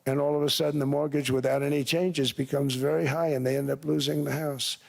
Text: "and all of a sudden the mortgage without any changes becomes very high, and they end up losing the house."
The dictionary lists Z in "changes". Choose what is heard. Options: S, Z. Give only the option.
Z